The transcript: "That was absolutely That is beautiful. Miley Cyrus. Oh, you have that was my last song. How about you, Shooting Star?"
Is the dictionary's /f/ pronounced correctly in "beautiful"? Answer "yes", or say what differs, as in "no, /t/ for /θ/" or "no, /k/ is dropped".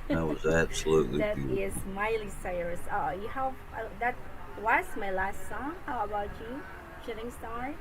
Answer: no, /f/ is dropped